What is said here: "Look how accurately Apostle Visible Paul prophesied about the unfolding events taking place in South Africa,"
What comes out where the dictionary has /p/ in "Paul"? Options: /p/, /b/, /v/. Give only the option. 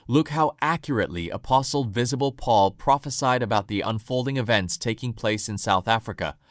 /p/